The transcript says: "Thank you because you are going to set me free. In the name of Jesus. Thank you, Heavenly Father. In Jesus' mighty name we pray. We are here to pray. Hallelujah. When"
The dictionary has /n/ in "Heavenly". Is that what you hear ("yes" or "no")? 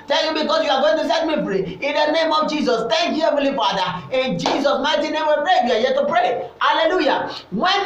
no